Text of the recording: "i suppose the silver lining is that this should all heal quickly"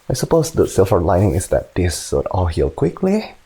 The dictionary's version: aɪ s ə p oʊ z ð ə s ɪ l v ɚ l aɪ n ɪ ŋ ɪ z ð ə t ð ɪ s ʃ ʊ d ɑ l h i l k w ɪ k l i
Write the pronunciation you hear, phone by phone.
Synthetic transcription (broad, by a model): aɪ s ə p oʊ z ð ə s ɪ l f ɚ l aɪ n ɪ ŋ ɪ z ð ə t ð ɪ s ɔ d ɑ l h i l k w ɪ k l i